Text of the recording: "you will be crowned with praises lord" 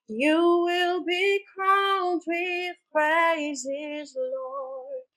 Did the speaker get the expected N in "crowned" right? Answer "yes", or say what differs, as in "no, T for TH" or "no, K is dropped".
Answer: no, L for N